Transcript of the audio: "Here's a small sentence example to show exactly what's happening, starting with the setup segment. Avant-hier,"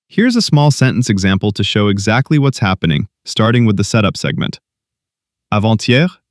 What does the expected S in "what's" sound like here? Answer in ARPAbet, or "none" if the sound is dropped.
S